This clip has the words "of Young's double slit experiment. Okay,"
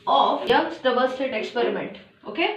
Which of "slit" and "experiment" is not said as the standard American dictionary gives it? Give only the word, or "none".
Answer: slit